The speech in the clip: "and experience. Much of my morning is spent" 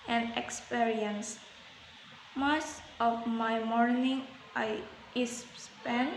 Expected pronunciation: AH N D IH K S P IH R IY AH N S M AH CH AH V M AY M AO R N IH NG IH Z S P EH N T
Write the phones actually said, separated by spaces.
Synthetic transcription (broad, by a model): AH N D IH K S P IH R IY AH N S M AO S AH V M AY M AO R N IH NG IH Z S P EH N